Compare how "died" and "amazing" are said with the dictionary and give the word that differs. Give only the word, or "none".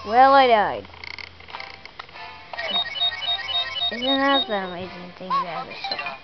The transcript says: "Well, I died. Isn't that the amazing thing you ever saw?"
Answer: none